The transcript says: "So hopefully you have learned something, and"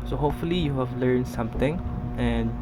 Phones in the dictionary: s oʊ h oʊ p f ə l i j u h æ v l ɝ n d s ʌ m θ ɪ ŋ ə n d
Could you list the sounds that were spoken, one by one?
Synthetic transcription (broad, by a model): s oʊ h oʊ p f ə l i j u h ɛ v l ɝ n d s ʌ m t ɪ ŋ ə n